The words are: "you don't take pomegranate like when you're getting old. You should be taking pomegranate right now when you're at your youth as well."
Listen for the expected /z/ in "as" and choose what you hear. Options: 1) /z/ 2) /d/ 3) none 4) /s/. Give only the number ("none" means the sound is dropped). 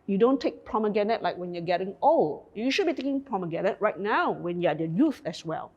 4